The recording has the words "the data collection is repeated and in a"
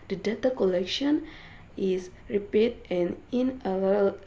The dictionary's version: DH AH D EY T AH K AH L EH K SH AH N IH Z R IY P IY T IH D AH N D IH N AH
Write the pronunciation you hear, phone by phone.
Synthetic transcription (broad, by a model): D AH D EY T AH K AH L EH K SH AH N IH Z R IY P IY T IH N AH N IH L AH